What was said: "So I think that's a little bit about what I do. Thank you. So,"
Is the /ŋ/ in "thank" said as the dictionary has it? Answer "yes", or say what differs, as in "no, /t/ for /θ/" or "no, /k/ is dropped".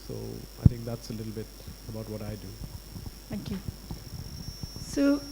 no, /ŋ/ is dropped